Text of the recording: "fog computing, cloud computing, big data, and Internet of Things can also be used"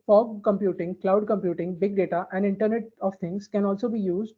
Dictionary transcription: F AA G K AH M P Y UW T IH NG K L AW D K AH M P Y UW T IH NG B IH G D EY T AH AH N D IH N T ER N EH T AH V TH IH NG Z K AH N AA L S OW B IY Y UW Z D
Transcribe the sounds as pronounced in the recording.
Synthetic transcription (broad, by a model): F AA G K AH M P Y UW T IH NG K L AW D K AH M P Y UW T IH NG B IH G D EY T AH AH N D IH N T ER N EH T AH V T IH NG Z K AH N AA L S OW B IY Y UW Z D